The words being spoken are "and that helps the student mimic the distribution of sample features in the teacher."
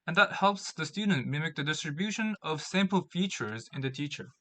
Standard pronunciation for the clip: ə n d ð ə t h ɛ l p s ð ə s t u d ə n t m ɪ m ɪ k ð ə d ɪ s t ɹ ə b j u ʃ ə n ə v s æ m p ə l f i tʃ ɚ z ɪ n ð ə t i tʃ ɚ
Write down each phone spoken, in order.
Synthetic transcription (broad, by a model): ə n ð ə t h ɛ l p s ð ə s t u d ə n t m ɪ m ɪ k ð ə d ɪ s t ɹ ə b j u ʃ ə n ə v s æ m p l f i tʃ ɚ z ɪ n ð ə t i tʃ ɚ